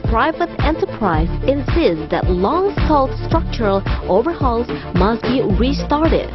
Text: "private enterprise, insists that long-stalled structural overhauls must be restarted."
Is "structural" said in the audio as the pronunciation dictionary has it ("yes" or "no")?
yes